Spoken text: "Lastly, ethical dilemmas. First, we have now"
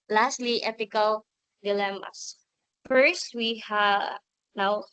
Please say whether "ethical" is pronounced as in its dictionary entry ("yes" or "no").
no